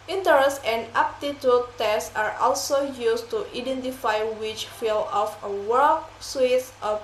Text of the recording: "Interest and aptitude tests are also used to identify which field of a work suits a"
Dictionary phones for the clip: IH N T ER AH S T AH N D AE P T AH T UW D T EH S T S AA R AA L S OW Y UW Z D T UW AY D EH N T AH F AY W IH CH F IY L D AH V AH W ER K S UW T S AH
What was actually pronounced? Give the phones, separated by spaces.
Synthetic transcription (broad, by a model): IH N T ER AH S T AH N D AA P T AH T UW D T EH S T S AA R AA L S OW Y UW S T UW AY D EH N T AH F AY W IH CH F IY L AH F AH W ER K S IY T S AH